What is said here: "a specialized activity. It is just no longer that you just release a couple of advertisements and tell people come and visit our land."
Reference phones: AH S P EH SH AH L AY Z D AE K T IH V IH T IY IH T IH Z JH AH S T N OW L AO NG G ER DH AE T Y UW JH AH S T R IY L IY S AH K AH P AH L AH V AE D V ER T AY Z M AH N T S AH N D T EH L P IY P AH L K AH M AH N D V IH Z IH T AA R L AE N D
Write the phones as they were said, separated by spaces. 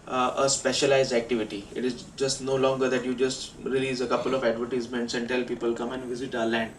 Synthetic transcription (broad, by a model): AH S P EH SH AH L AY Z D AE K T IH V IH T IY IH T IH Z JH AH S T N OW L AO NG G ER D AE T Y UW JH AH S T R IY L IY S AH K AH P AH L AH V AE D V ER T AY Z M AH N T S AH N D T EH L P IY P AH L K AH M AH N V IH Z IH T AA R L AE N D